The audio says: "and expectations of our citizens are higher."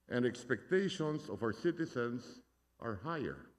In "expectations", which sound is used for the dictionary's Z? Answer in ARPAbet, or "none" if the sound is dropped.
S